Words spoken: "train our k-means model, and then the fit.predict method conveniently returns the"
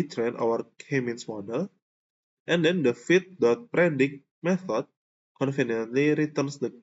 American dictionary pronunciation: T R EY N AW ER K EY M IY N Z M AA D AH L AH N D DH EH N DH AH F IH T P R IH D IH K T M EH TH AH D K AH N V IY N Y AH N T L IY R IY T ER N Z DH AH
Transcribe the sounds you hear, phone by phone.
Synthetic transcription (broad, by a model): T R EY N AW ER K EY M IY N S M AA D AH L AH N D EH N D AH F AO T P R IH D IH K M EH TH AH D K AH N F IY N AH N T L IY R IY T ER N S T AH